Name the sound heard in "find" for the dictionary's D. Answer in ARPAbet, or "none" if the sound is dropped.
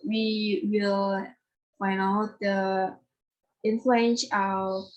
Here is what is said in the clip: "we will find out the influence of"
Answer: none